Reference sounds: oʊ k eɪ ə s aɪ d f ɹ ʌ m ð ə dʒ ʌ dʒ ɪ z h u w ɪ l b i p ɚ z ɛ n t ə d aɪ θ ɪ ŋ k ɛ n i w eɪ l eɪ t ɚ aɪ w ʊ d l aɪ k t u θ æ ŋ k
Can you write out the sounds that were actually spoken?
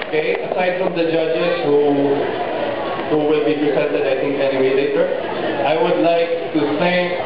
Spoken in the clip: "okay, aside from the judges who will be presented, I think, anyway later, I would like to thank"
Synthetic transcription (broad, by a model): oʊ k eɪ ə s aɪ d f ɹ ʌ m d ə dʒ ʌ dʒ ɪ z h u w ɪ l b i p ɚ s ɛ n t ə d aɪ t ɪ ŋ k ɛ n i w eɪ l eɪ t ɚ aɪ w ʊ d l aɪ k t u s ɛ